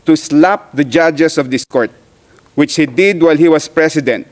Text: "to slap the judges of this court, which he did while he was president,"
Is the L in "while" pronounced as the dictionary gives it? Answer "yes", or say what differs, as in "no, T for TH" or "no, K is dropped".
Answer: yes